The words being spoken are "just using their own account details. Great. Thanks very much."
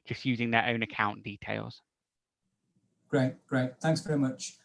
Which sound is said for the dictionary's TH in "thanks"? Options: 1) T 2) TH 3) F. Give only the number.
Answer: 2